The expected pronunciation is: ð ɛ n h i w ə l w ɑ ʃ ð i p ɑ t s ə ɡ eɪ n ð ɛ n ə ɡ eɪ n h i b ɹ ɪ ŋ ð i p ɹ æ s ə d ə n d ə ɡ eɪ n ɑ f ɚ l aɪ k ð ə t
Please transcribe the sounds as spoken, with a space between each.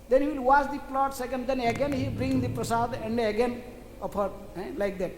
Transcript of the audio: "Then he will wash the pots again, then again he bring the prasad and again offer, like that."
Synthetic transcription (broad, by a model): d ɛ n h i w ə l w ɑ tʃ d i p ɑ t s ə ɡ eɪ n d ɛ n ə ɡ eɪ n h i b ɹ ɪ ŋ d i p ɹ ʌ s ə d ə n d ə ɡ eɪ n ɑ p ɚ l aɪ k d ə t